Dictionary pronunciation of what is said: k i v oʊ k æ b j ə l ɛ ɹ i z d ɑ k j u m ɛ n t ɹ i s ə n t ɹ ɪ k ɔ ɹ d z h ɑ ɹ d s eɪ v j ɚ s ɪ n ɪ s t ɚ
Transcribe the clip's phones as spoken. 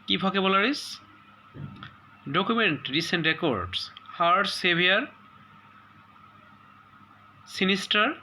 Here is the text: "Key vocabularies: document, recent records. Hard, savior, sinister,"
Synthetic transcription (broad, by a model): k i b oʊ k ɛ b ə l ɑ ɹ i s d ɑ k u m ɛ n t ɹ i s ə n t ɹ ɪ k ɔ ɹ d s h ɑ ɹ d s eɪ b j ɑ s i n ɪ s t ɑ